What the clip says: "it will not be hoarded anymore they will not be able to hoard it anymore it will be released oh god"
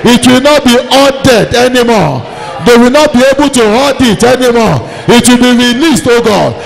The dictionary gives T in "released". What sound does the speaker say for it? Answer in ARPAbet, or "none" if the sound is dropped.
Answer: T